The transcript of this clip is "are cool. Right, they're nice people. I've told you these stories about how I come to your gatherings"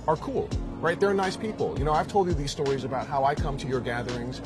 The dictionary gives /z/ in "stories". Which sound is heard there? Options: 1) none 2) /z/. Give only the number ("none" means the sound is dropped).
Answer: 2